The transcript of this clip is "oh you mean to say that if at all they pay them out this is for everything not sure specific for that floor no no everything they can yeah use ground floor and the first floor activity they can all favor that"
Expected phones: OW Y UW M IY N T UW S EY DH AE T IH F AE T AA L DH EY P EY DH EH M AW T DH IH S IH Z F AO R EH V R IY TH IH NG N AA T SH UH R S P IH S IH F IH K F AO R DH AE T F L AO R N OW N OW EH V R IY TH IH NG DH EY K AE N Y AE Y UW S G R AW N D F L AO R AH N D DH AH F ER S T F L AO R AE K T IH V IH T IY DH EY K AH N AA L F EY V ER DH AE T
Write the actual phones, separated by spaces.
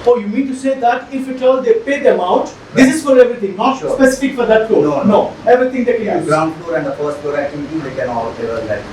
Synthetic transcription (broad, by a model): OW Y UW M IY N T UW S EY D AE T IH F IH T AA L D EY P EY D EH M AW T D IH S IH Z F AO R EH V R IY T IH NG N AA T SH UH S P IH S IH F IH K F AO R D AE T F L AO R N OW N OW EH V R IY T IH NG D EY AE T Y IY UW G R AW N D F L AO R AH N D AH F ER S T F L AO R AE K T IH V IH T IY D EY K AH N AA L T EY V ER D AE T